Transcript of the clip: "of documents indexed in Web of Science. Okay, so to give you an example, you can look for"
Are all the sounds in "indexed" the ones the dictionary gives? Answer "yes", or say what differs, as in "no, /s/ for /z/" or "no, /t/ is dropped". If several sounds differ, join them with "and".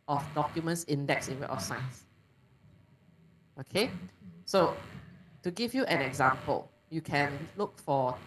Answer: no, /t/ is dropped